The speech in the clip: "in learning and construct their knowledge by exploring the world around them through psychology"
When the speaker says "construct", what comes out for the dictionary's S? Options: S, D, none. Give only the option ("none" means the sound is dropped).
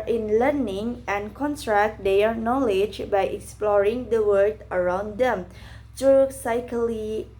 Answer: none